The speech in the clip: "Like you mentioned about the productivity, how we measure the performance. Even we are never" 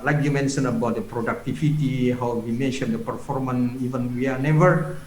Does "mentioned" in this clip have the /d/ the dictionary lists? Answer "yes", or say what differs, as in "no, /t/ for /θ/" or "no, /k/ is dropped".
no, /d/ is dropped